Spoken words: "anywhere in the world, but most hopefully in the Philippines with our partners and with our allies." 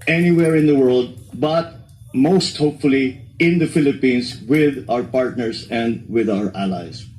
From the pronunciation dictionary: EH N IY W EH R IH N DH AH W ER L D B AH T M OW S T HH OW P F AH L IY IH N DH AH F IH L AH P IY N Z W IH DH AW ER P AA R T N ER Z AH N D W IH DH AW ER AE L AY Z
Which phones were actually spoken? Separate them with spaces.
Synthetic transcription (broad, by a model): EH N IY W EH R IH N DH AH W ER L D B AH T M OW S T HH OW P F AH L IY IH N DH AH F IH L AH P IY N S W IH DH AW ER P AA R T N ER S AH N D W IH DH AW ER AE L AY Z